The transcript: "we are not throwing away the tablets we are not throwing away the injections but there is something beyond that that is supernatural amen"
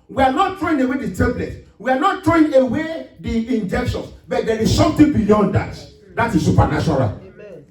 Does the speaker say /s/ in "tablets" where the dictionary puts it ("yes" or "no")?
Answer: no